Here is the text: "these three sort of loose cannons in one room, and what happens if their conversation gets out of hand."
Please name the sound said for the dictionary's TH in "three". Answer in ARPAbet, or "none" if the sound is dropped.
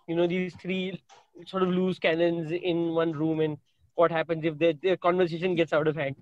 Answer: T